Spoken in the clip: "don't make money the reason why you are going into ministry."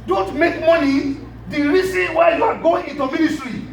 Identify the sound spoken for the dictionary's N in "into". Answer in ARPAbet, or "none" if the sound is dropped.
N